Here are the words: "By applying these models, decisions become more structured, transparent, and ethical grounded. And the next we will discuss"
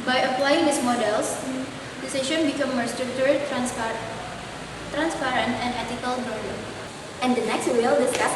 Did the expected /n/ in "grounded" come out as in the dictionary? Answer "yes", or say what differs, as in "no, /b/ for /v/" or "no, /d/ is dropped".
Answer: no, /n/ is dropped